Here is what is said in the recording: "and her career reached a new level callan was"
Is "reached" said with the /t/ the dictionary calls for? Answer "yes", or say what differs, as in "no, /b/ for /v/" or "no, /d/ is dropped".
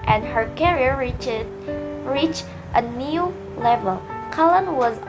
yes